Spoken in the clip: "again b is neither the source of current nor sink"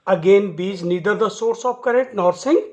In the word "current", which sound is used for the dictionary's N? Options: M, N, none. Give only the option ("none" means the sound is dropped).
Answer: none